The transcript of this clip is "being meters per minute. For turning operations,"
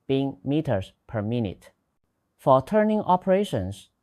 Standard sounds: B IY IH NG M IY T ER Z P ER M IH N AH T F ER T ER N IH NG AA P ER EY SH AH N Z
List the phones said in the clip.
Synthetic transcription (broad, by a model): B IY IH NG M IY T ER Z P ER M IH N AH T F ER T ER N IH NG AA P ER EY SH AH N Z